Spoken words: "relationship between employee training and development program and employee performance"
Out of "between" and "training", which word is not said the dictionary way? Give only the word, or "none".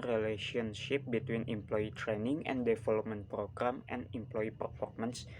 none